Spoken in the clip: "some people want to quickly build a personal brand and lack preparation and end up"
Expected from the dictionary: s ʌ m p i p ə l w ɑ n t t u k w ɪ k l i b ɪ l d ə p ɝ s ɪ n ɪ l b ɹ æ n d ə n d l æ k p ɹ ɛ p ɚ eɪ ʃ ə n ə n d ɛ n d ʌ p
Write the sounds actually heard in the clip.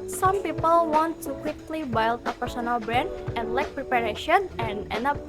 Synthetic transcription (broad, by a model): s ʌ m p i p ə l w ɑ n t t u k w ɪ k l i b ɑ l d ə p ɝ s ɪ n ɪ l b ɹ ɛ n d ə n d l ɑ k p ɹ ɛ p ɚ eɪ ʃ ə n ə n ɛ n ʌ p